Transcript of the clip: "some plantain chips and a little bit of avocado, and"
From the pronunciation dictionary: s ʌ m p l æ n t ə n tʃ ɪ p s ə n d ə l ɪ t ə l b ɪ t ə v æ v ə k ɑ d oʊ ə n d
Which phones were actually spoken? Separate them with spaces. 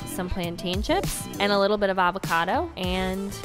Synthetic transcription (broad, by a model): s ʌ m p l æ n t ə n ʃ ɪ p ə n ə l ɪ t l b ɪ t ə v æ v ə k ɑ d oʊ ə n